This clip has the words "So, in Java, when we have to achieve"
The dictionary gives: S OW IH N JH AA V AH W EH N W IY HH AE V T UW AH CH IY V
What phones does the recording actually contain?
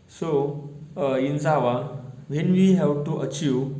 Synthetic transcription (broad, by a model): S OW IH N Z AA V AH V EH N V IY HH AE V T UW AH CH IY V